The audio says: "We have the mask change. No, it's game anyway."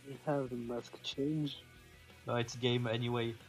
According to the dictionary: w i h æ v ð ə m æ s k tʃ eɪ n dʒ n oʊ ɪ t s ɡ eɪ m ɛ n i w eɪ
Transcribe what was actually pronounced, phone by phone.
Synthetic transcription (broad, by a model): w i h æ v ð ə m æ s k tʃ eɪ n dʒ l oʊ ɪ t s ɡ eɪ m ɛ n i w eɪ